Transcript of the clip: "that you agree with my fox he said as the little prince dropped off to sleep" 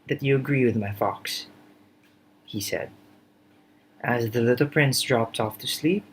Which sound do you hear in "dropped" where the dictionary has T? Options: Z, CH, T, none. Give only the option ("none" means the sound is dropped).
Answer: T